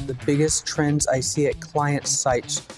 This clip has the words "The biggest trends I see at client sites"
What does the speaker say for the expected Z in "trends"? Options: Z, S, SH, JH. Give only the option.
Z